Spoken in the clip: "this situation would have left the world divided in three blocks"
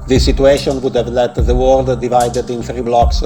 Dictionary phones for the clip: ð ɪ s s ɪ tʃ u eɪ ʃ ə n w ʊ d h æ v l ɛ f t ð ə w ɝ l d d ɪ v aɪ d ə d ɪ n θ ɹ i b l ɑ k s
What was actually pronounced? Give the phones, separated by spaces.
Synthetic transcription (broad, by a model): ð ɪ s s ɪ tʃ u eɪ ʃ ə n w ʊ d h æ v l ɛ t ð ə w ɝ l d d ɪ v aɪ d ə d ɪ n θ ɹ i b l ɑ k s